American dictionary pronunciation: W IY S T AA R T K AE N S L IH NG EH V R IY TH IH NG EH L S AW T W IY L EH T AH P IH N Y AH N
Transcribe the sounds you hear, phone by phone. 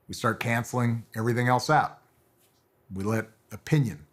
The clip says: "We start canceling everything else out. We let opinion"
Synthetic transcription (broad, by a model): W IY S T AA R T K AE N S L IH NG EH V R IY TH IH NG EH L S AW T W IY L EH T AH P IH N Y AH N